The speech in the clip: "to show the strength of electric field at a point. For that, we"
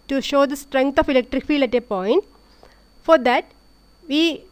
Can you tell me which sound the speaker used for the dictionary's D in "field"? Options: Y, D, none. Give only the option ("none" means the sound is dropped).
none